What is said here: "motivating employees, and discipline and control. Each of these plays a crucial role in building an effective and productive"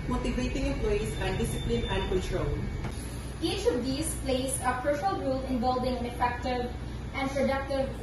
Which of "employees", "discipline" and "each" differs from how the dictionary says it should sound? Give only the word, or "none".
employees